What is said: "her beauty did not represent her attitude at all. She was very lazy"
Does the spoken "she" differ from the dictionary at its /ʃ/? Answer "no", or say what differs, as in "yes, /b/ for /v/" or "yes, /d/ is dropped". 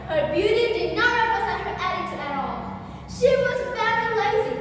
no